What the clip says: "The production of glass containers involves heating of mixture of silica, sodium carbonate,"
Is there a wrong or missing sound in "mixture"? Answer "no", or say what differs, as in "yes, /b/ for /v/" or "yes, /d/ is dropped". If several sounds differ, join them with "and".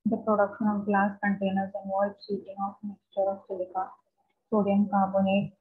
no